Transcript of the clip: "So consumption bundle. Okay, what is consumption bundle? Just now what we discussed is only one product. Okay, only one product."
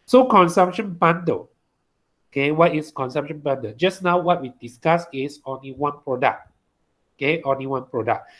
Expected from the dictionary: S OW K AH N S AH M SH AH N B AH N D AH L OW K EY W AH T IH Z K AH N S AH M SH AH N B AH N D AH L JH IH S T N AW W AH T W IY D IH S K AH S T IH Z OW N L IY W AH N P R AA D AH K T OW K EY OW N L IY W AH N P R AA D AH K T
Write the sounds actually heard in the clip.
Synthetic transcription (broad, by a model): S OW K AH N S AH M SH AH N B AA N D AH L OW K EY W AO T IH S K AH N S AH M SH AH N B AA N D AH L JH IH S N AW W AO T W IY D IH S K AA S IH S OW N L IY W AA N P R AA D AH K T OW K EY OW N L IY W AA N P R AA D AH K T